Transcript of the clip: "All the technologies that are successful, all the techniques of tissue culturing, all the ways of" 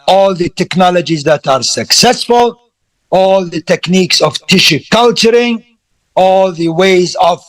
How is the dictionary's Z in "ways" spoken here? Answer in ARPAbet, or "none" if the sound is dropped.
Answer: Z